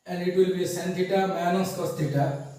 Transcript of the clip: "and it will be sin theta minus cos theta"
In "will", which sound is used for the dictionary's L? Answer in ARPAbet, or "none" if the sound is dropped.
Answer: L